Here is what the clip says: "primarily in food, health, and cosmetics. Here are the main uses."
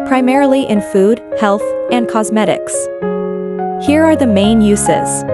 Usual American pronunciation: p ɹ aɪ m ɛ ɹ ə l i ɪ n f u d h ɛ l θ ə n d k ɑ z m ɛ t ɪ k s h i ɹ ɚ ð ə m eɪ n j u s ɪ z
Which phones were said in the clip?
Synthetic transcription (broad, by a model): p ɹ aɪ m ɛ ɹ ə l i ɪ n f u d h ɛ l θ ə n k ɑ z m ɛ t ɪ k s h i ɹ ɚ ð ə m eɪ n j u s ɪ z